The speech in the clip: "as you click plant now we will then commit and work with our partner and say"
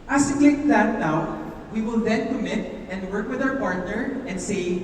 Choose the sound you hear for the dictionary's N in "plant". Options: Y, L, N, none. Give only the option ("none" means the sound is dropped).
none